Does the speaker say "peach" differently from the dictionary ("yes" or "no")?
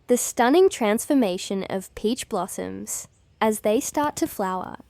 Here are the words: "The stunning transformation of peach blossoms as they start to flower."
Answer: no